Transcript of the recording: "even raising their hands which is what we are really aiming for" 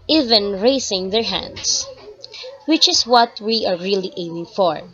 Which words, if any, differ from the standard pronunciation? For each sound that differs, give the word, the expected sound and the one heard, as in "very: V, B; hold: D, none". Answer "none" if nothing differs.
raising: Z, S; hands: Z, S; is: Z, S